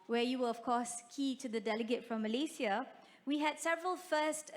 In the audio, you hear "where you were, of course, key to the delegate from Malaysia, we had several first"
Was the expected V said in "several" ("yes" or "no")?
yes